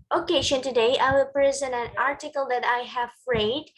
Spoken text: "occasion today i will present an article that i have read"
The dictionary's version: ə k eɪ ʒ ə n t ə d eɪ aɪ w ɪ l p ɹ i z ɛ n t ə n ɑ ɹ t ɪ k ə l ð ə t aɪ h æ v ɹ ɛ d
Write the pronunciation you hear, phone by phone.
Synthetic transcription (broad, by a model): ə k eɪ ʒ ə n t ə d eɪ aɪ w ɪ l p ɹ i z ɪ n ə n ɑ ɹ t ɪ k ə l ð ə t aɪ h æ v ɹ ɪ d